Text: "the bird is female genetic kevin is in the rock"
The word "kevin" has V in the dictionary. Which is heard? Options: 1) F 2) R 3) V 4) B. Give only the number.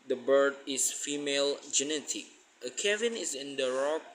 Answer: 3